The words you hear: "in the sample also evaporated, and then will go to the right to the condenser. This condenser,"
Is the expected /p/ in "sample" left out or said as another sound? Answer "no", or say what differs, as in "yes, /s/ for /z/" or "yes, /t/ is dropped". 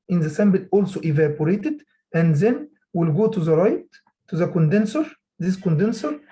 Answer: yes, /b/ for /p/